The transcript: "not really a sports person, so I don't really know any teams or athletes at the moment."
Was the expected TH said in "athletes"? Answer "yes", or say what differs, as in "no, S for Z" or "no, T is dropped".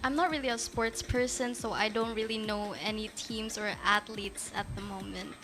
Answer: no, T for TH